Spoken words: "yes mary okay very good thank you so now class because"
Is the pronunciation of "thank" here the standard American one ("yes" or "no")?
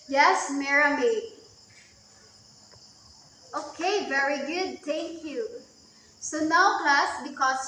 no